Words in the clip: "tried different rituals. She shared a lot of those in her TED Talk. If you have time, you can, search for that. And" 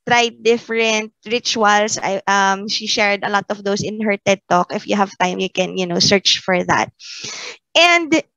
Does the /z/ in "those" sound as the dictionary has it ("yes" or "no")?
no